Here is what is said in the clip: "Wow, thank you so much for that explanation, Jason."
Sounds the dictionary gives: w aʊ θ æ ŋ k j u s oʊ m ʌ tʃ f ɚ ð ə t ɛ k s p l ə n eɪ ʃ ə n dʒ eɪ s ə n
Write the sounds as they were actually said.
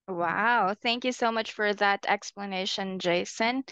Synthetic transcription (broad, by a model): w aʊ θ æ ŋ k j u s oʊ m ʌ tʃ f ɚ ð ə t ɛ k s p l ə n eɪ ʃ ə n dʒ eɪ s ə n